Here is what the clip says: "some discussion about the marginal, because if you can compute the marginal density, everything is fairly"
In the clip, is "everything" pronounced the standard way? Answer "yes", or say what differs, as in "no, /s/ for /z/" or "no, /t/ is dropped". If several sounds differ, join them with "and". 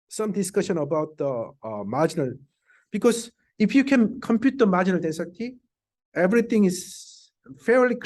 no, /t/ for /θ/